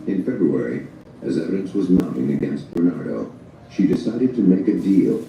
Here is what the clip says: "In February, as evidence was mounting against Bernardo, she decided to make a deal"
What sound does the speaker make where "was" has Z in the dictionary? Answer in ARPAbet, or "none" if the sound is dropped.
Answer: Z